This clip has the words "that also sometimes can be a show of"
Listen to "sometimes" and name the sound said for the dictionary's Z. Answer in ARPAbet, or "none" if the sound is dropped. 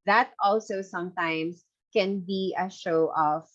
S